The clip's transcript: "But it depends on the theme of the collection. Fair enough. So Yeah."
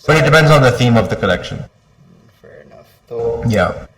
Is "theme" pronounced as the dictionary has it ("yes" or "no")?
yes